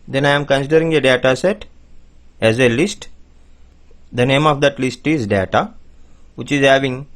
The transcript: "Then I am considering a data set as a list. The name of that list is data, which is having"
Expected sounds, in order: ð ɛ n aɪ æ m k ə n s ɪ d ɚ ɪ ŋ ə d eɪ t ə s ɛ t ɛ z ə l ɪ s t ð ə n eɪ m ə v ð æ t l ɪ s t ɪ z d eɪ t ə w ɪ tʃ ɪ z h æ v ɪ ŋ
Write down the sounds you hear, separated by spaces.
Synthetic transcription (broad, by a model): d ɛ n aɪ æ m k ə n s ɪ d ɚ ɪ ŋ ə d eɪ t ə s ɛ t ɛ z ə l ɪ s t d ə n eɪ m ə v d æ t l ɪ s t ɪ z d eɪ t ə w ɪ tʃ ɪ z h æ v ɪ ŋ